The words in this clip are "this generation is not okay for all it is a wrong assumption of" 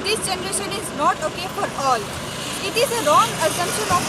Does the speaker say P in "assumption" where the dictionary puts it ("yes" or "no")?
no